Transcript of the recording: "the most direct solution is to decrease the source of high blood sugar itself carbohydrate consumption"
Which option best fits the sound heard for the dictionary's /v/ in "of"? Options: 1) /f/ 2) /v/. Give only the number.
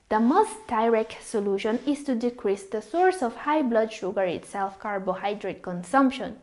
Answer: 1